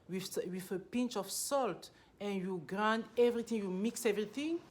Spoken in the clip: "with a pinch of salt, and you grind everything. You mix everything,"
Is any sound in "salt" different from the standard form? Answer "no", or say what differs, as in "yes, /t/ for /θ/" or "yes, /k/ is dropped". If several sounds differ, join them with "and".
no